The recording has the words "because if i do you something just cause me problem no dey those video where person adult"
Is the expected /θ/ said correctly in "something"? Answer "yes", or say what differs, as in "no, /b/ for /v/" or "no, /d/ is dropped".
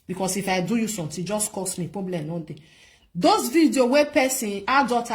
no, /t/ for /θ/